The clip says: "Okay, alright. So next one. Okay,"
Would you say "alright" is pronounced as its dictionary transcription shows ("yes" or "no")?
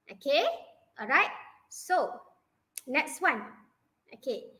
yes